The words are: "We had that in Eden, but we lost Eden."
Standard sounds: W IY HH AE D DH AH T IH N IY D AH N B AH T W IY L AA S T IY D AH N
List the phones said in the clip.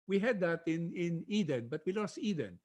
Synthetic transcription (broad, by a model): W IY HH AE D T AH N IH N IY D AH N B AH T W IY L AA S T IY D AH N